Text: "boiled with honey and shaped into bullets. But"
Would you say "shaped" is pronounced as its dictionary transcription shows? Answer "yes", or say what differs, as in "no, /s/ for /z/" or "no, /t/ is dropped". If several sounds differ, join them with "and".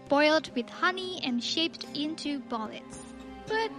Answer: yes